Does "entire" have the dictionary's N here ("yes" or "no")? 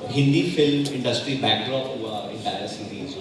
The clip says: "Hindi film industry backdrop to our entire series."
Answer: no